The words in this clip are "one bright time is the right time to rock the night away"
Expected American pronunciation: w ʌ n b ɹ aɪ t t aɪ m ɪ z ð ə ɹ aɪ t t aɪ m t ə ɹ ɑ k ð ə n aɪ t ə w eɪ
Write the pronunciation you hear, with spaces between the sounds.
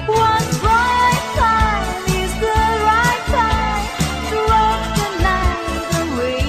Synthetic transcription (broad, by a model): w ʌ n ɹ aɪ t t aɪ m ɪ z ð ə ɹ aɪ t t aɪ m t ə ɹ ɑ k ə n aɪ ə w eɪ